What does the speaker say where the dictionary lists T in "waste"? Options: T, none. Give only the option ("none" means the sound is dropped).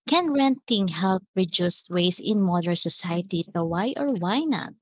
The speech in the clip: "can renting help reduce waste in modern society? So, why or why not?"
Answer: none